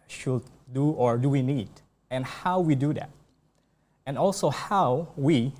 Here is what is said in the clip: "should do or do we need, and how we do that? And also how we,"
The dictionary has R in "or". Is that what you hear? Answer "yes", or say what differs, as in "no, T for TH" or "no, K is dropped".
yes